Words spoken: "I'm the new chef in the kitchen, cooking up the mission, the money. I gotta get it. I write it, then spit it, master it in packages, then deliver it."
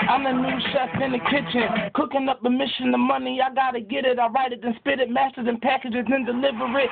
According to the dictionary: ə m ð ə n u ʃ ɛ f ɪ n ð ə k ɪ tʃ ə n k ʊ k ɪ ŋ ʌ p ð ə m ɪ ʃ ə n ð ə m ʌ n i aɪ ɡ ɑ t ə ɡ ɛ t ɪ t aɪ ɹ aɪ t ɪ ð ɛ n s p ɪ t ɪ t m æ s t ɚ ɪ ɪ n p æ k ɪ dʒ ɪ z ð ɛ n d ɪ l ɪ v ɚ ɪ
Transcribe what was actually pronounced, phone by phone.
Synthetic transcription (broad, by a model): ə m ð ə n u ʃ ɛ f ɪ n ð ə k ɪ tʃ ə n k ʊ k ɪ ŋ ʌ p ð ə m ɪ ʃ ə n ð ə m ʌ n i aɪ ɡ ɑ t ə ɡ ɛ t ɪ t aɪ ɹ aɪ t ɪ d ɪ n s p ɪ t ɪ t m æ s t ɚ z ɪ n p æ k ɪ dʒ ɪ z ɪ n d ɪ l ɪ v ɚ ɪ